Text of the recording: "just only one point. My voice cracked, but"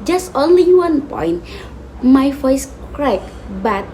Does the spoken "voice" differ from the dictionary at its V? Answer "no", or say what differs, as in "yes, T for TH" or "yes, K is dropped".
yes, F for V